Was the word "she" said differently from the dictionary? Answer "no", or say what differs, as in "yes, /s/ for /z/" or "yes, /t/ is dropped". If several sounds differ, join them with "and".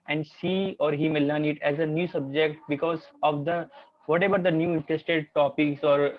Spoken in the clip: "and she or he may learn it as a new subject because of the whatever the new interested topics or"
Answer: yes, /s/ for /ʃ/